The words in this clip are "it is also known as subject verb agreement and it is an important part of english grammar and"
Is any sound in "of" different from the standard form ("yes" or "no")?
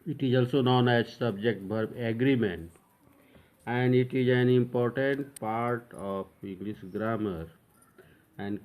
yes